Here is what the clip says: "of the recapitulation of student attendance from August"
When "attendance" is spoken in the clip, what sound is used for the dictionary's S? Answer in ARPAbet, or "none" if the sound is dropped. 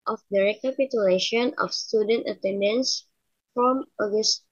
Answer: S